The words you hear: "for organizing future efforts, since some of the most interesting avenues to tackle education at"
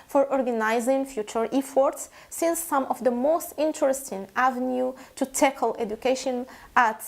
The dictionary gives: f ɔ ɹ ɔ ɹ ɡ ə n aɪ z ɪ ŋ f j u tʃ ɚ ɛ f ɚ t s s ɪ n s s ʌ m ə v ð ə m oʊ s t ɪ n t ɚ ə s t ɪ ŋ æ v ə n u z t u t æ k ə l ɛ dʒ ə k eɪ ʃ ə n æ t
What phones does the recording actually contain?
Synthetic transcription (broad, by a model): f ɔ ɹ ɔ ɹ ɡ ə n aɪ z ɪ ŋ f j u tʃ ɚ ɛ f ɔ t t s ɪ n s s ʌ m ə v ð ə m oʊ s t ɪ n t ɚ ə s t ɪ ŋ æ v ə n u t u t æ k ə l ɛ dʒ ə k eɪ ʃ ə n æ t